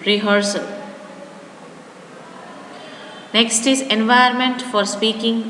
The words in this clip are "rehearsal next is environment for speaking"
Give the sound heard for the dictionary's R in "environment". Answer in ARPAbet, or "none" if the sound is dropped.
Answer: none